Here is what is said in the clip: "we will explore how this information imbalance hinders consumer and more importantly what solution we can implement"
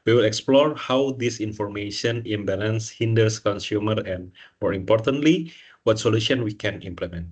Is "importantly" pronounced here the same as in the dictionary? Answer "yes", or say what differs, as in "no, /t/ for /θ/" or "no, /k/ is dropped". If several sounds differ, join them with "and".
yes